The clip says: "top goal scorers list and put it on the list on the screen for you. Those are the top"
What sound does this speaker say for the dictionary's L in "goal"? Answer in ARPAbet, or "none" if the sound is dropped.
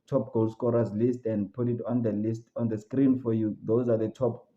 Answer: L